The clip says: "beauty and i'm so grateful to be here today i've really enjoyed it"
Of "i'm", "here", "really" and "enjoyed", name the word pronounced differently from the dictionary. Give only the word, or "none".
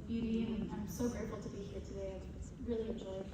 enjoyed